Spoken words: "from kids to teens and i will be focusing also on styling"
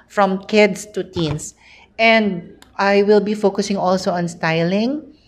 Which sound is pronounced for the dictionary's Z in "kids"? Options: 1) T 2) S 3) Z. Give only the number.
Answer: 2